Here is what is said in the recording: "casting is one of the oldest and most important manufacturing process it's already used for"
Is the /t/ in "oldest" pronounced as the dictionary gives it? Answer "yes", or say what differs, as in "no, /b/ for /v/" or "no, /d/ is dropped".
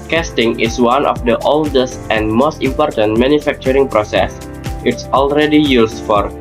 yes